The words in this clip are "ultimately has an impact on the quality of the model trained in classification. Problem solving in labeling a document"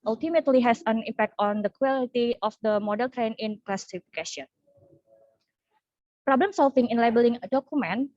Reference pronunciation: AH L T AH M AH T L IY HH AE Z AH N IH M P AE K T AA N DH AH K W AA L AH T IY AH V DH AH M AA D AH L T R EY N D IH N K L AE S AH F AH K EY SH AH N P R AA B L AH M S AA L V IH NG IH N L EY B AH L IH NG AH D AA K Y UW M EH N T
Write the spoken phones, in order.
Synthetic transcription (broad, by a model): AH L T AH M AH T L IY HH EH S AH N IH M P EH K T AA N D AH K W AA L AH T IY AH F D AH M AA D AH L T R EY N IH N K L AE S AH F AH K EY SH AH N P R AA B L AH M S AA L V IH NG IH N L EY B AH L IH NG AH D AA K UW M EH N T